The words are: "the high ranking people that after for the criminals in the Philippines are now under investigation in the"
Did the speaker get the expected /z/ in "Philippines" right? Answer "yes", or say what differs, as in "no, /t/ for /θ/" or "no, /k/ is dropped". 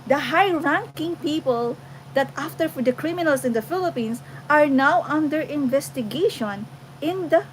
no, /s/ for /z/